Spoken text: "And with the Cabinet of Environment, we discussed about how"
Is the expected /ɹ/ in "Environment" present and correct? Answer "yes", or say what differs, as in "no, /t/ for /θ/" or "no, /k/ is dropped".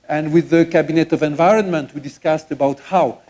yes